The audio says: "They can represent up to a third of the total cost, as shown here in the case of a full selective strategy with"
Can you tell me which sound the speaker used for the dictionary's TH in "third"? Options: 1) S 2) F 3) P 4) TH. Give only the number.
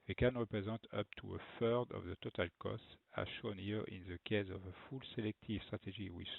2